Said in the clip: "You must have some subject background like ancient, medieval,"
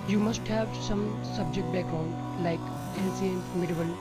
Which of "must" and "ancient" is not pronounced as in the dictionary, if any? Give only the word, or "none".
ancient